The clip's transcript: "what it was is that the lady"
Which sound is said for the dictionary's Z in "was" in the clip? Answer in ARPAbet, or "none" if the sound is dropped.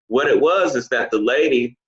Z